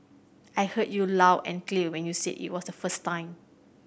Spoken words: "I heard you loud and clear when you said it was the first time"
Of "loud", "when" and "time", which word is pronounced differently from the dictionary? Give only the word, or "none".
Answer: loud